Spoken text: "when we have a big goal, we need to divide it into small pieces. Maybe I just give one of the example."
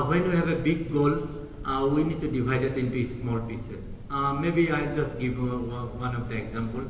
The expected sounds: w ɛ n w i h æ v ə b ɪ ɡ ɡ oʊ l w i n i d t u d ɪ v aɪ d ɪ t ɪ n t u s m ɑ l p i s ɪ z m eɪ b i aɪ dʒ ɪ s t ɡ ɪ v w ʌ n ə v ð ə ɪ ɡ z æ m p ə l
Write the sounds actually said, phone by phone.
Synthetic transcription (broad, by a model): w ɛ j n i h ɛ b ə b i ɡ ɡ oʊ l w i n i d t u d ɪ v aɪ d ɪ t ɪ n t u s m ɑ l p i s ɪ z m eɪ b i aɪ dʒ ɪ s t ɡ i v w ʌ n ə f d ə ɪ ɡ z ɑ m p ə l